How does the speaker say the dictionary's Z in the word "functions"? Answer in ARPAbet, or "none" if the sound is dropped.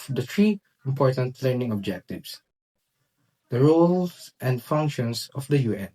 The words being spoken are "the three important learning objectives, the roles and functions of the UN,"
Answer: S